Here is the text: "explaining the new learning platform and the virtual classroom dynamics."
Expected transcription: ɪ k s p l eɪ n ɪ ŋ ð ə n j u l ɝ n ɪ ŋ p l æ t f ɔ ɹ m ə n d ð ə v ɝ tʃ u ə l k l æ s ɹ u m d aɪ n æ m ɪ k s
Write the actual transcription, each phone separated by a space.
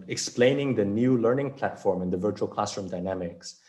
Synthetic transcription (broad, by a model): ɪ k s p l eɪ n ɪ ŋ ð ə n j u l ɝ n ɪ ŋ p l æ t f ɔ ɹ m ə n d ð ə v ɝ tʃ u ə l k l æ s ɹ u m d aɪ n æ m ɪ k s